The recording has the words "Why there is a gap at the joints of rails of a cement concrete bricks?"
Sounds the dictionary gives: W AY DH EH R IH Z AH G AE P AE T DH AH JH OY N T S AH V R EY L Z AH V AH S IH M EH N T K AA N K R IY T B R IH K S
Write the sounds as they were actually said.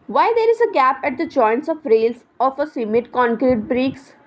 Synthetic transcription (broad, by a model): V AY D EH R IH Z AH G AE P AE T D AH JH OY N T S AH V R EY L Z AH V AH S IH M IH T K AA N K R IY T B R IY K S